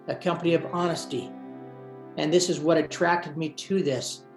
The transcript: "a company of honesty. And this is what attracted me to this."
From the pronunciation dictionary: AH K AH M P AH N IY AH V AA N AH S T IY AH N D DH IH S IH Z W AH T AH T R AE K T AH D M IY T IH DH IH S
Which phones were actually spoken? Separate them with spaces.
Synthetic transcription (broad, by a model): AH K AH M P AH N IY AH V AA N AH S T IY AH N DH IH S IH Z W AH T AH T R AE K T AH D M IY T IH DH IH S